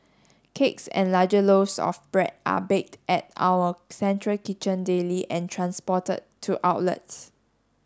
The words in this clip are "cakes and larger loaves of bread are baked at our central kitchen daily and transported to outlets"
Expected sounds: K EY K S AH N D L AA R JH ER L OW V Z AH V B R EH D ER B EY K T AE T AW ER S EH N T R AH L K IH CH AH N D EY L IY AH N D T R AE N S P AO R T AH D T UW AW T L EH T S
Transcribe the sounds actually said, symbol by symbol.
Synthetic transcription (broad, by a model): K EY K S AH N L AA JH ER L OW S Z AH F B R EH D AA B EY K T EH T AW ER S EH N T R AH L K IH CH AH N D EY L IY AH N T R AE N S P AO T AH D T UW AW T L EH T S